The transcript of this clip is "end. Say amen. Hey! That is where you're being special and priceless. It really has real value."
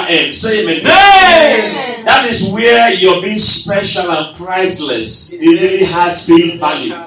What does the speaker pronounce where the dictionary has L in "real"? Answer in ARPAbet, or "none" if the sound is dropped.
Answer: N